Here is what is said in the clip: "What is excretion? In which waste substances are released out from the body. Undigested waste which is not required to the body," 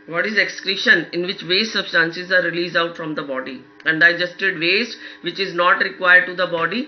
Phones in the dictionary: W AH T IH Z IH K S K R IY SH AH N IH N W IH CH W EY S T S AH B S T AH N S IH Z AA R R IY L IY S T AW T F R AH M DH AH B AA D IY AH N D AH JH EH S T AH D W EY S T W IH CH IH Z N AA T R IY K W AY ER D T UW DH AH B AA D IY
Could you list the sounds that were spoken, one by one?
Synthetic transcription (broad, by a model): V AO T IH Z IH K S K R IY SH AH N IH N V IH CH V EY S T S AH B S T AH N S IH Z AA R R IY L IY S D AW T F R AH M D AH B AA D IY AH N D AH JH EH S T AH D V EY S T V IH CH IH Z N AA T R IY K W AY ER D T UW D AH B AA D IY